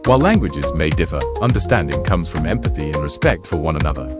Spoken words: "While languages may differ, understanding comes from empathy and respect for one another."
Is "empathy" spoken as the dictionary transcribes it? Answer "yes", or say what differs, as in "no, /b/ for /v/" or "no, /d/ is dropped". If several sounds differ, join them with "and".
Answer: yes